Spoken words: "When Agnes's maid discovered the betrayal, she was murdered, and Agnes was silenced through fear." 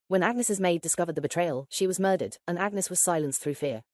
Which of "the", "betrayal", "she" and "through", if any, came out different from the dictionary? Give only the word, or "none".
none